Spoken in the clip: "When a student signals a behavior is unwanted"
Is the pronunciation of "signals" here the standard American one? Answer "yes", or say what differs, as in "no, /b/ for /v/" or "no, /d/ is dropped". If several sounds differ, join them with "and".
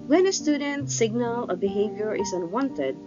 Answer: no, /z/ is dropped